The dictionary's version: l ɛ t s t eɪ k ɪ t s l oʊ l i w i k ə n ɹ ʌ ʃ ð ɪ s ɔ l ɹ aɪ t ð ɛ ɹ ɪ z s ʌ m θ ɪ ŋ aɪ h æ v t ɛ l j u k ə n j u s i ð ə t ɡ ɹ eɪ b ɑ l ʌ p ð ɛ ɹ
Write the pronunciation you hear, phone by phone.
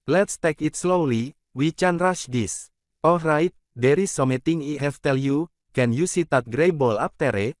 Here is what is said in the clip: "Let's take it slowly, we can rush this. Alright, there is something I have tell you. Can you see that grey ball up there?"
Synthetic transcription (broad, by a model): l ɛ t s t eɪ k ɪ t s l oʊ l i w i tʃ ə n ɹ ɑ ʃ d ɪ s ɔ l ɹ aɪ t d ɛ ɹ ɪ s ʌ m t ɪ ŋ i h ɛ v t ɛ l j u k ə n j u s i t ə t ɡ ɹ eɪ b ɑ l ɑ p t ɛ ɹ